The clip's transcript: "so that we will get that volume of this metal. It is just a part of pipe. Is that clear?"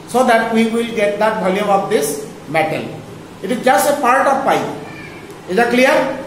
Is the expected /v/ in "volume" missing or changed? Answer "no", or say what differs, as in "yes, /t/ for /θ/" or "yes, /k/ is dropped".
yes, /b/ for /v/